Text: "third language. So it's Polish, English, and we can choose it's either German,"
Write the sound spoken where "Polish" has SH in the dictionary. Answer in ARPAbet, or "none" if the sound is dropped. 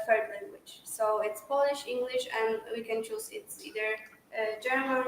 SH